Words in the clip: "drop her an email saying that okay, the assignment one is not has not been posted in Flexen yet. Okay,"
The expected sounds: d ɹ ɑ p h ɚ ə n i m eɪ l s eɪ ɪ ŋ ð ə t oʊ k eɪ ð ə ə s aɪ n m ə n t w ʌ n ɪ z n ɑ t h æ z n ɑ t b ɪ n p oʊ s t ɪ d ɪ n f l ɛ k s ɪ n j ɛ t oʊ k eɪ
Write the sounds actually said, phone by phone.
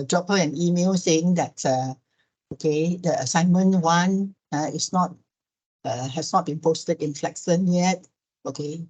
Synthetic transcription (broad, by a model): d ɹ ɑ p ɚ ə n i m eɪ l s eɪ ɪ ŋ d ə t oʊ k eɪ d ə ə s aɪ n m ə n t w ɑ n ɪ s n ɑ t h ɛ s n ɑ t b ɪ n p oʊ s t ɪ d ɪ n f l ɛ k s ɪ n j ɛ t oʊ k eɪ